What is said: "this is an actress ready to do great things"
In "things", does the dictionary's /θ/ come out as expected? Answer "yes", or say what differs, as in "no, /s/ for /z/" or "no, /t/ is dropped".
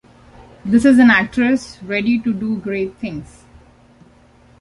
no, /t/ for /θ/